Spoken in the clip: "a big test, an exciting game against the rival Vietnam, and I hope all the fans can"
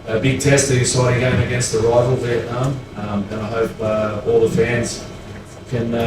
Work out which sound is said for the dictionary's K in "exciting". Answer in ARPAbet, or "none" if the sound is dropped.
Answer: none